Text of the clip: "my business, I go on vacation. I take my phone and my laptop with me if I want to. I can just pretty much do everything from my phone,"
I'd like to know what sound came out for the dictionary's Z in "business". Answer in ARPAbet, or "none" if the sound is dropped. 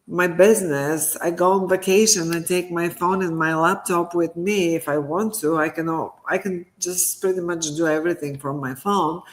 Z